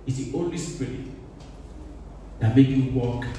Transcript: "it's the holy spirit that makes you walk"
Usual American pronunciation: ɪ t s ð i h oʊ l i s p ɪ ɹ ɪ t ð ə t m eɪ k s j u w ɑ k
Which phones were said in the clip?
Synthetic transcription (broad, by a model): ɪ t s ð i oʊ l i s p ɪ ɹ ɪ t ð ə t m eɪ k j u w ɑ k